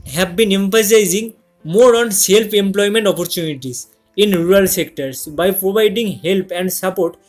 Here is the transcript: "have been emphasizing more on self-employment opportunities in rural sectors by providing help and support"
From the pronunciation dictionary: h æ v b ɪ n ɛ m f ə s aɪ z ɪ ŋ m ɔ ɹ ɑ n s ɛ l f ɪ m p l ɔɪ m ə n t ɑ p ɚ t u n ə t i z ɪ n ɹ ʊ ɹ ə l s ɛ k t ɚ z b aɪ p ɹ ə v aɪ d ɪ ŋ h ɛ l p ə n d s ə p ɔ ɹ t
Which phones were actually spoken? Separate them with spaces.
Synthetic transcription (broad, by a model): h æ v b ɪ n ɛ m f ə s aɪ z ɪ ŋ m ɔ ɹ ɑ n s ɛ l p ɪ m p l ɔɪ m ə n t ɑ p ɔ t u n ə t i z ɪ n ɹ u ɹ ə l s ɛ k t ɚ s b aɪ p ɹ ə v aɪ d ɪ ŋ h ɛ l p ə n d s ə p ɔ ɹ t